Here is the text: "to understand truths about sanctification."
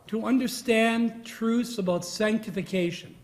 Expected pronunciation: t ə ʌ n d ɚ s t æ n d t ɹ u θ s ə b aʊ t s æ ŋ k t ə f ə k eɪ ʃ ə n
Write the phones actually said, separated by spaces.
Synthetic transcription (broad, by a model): t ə ʌ n d ɚ s t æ n t ɹ u θ s ə b aʊ t s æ ŋ k t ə f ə k eɪ ʃ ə n